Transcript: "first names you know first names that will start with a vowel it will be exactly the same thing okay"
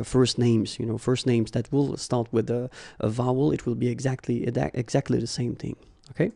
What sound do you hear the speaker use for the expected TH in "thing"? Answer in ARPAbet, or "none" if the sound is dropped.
TH